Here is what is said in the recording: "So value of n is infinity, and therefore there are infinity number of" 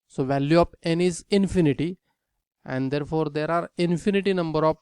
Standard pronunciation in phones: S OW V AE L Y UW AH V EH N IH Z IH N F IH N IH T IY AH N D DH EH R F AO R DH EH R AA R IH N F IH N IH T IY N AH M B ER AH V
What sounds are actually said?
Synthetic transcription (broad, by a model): S OW V AE L Y UW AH P EH N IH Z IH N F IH N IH T IY AH N D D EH R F AO R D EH R AA R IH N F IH N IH T IY N AH M B ER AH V